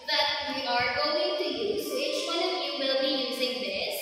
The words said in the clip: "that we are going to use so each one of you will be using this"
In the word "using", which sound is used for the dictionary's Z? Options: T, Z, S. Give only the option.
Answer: Z